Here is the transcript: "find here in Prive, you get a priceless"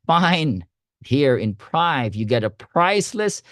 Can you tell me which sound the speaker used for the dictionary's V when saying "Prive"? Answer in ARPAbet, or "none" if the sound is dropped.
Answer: V